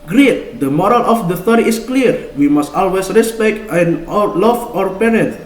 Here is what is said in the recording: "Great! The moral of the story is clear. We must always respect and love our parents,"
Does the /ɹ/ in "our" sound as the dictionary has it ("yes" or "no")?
yes